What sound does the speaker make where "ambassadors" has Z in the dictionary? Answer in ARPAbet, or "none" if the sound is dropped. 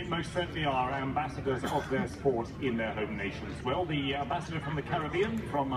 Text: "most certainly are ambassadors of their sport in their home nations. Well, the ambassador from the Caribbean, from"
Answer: Z